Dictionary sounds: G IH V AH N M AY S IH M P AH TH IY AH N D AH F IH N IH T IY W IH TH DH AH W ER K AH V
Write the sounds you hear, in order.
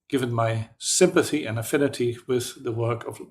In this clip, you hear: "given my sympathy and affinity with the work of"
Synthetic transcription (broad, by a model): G IH V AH N M AY S IH M P AH TH IY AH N AH F IH N IH T IY W IH DH AH W ER K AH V